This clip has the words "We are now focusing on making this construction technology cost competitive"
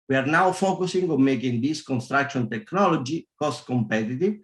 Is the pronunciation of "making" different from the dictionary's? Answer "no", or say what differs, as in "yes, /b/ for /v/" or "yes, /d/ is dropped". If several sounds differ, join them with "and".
no